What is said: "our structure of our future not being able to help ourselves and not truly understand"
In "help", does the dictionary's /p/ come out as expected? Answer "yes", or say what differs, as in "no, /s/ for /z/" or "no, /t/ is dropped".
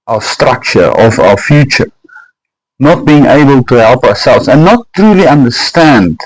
yes